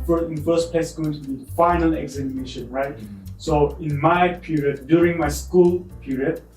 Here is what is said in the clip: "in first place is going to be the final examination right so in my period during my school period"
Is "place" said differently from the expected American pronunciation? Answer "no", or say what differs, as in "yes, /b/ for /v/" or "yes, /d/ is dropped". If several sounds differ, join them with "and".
yes, /s/ is dropped